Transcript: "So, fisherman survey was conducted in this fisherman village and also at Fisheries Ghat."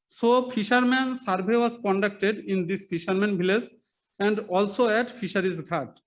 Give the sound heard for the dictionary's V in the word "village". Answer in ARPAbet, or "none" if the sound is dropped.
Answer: B